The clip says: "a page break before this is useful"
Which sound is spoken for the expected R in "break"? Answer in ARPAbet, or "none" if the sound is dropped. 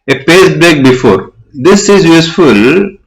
L